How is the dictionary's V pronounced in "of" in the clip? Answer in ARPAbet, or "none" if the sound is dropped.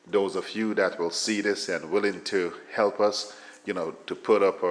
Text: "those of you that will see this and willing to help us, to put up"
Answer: F